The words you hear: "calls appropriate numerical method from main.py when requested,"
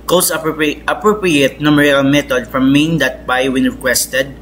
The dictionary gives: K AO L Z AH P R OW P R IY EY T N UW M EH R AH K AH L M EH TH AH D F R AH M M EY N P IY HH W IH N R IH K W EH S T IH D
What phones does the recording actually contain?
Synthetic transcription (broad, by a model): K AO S AH P R OW P R IY EY T N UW M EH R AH AH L M EH T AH D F R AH M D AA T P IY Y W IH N R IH K W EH S T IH D